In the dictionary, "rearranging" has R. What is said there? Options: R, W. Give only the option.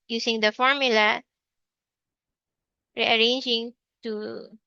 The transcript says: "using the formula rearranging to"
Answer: R